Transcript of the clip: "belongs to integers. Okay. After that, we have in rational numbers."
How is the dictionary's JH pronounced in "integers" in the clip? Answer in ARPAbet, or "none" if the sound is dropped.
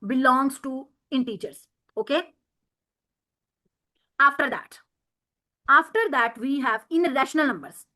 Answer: CH